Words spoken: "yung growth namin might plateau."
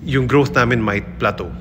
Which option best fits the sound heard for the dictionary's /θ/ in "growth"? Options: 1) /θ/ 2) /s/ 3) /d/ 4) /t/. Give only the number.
2